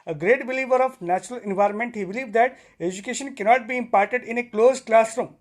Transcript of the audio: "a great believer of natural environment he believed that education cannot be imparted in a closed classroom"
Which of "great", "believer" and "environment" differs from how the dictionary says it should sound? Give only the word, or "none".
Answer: none